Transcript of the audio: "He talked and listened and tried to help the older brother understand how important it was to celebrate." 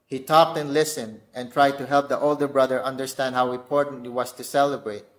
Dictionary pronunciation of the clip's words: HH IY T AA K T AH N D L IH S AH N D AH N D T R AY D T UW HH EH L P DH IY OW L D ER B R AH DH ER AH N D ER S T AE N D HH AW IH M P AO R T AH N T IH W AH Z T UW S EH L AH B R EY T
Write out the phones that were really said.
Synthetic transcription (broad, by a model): HH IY T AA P T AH N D L IH S AH N D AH N T R AY D T UW HH EH L P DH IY OW L D ER B R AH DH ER AH N D ER S T AE N D HH AW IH M P AO R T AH N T IH W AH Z T UW S EH L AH B R EY T